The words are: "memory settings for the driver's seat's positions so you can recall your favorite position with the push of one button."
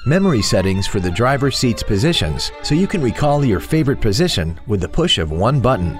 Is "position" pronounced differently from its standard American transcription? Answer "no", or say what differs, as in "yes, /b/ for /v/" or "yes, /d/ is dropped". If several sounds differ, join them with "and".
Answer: no